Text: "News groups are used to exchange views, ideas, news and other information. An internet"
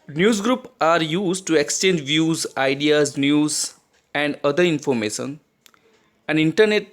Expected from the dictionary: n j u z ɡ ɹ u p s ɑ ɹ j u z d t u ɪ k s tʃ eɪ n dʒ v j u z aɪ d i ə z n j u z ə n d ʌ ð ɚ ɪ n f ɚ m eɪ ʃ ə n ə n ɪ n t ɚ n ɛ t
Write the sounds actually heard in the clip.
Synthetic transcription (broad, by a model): n j u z ɡ ɹ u p ɑ ɹ j u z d t u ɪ k s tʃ eɪ n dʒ v j u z aɪ d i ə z n j u z ə n d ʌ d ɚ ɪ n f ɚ m eɪ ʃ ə n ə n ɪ n t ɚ n ɛ t